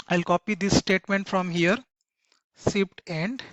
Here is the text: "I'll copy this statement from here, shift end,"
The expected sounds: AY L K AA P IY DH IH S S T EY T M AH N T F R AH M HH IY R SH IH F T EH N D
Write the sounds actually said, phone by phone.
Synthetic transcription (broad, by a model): AY L K AA P IY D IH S S T EY T M AH N T F R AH M HH IY R S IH P T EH N D